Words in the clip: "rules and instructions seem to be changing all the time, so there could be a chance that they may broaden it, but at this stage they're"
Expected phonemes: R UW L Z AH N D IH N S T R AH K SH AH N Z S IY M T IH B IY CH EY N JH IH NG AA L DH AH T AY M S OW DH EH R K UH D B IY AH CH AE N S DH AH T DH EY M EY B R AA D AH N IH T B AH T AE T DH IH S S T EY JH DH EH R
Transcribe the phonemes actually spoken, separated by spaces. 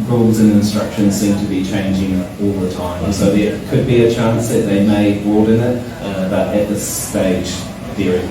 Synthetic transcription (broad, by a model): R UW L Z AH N IH N S T R AH K SH AH N Z S IY M T IH B IY CH EY N JH IH NG AA L DH AH T AY M S OW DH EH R K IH D B IY AH CH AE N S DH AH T DH EY M EY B AA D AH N IH T B AH T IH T DH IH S S T EY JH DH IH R